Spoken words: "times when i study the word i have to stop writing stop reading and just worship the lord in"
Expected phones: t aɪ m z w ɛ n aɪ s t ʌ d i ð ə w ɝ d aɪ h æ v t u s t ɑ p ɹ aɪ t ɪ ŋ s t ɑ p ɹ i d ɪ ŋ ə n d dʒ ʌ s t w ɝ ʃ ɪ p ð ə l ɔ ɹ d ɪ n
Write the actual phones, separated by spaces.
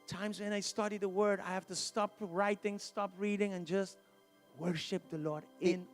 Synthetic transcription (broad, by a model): t aɪ m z w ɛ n aɪ s t ʌ d i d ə w ɝ d aɪ h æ f t u s t ɑ p ɹ aɪ t ɪ ŋ s t ɑ p ɹ i d ɪ ŋ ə n dʒ ʌ s t w ɝ ʃ ɪ p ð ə l ɔ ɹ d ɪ n